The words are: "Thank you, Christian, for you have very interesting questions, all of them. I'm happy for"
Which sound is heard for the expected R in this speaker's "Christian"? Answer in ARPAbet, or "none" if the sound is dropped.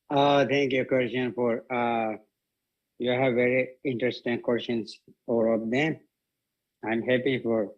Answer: W